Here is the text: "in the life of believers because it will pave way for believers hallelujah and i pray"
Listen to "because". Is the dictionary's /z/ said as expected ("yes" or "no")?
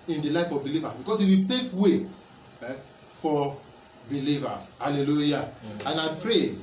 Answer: no